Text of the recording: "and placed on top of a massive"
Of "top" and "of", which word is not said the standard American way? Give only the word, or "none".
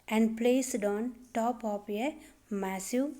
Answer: of